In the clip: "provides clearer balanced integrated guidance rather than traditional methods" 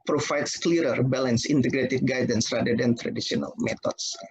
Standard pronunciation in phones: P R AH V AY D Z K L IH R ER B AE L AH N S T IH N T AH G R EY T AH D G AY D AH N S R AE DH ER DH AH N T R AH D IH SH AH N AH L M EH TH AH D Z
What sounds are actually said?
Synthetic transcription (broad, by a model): P R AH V AY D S K L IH R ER B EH L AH N S IH N T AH G R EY T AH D G AY D AH N S R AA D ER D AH N T R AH D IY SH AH N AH L M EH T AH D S